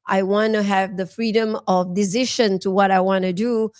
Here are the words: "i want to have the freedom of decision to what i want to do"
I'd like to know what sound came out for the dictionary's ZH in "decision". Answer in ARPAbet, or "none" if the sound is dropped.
SH